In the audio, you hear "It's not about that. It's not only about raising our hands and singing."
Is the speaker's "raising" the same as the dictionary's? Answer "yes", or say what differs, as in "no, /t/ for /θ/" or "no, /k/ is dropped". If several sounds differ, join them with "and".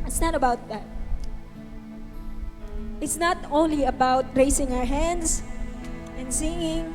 no, /s/ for /z/